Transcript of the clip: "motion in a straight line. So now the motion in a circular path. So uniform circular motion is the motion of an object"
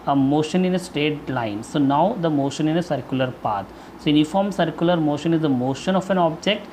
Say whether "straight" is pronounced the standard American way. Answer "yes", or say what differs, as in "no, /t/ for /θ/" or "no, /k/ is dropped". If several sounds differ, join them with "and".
no, /ɹ/ is dropped